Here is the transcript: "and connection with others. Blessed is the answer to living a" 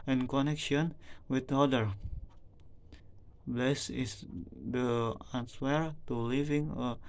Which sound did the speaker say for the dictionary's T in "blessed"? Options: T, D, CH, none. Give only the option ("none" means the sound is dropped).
none